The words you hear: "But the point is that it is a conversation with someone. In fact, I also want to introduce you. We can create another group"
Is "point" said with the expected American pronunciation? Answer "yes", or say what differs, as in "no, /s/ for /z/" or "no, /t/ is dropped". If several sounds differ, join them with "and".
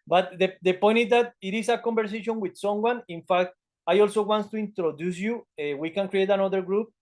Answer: yes